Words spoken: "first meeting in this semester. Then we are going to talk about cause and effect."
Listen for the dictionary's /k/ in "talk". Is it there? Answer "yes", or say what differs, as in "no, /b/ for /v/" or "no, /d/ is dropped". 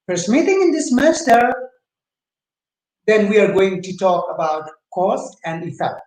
yes